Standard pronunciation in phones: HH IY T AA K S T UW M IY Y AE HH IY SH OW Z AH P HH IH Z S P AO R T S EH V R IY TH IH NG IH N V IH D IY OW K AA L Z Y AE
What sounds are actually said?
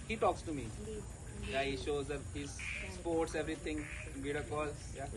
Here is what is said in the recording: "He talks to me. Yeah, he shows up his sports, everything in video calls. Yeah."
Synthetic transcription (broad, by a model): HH IY T AA K S T UW M IY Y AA HH IY SH OW Z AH HH IH Z S P AO R T S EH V R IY T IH NG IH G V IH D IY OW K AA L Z Y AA